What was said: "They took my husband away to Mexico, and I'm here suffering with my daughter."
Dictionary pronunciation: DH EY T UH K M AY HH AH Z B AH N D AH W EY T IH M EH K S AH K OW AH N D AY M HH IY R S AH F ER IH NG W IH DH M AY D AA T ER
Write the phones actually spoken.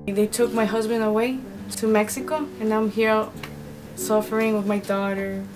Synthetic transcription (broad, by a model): DH EY T UH K M AY HH AH Z B AH N D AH W EY T IH M EH K S AH K OW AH N AY M HH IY R S AH F ER IH NG W IH DH M AY D AA T ER